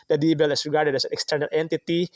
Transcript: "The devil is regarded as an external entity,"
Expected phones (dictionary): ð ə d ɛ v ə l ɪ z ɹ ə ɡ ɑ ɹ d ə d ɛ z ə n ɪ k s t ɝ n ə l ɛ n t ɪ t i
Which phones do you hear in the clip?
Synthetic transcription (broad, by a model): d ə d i b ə l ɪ s ɹ ə ɡ ɑ ɹ d ə d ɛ s ə n ɪ k s t ɝ n ə l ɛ n t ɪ t i